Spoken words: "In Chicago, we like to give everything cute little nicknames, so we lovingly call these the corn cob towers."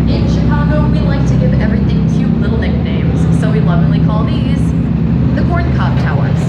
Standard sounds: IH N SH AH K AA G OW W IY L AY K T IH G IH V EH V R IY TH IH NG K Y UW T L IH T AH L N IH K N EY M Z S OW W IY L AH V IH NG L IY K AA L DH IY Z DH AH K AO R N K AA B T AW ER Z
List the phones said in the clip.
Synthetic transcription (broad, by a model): IH N SH AH K AA G OW W IY L AY K T IH G IH V EH V R IY TH IH NG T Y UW L IH T L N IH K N EY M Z S OW W IY L AH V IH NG L IY K AA L DH IY Z DH AH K AO R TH K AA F T AW ER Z